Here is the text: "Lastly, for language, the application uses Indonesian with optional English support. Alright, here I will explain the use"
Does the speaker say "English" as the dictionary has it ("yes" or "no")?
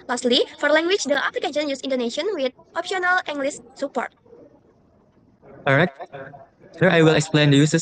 no